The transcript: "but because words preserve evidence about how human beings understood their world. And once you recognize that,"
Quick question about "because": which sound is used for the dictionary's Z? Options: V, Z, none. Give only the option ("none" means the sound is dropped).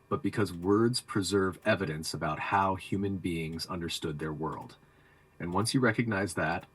Z